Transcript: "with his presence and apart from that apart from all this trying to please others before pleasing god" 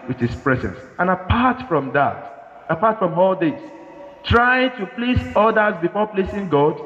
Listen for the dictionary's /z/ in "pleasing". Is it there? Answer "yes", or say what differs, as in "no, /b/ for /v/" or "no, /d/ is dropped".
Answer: no, /s/ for /z/